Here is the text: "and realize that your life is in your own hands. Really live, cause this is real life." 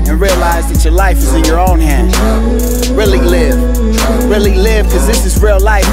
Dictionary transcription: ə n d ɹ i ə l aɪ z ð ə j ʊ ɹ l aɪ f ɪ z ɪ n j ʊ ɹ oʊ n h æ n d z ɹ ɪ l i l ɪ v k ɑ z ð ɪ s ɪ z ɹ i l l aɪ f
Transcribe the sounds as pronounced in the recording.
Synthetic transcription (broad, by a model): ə n ɹ i ə l aɪ z ð ə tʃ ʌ ɹ l aɪ f ɪ z ɪ n j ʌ ɹ oʊ n h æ n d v ɹ ɪ l i l ɪ v k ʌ z ð ɪ s ɪ z ɹ i l l aɪ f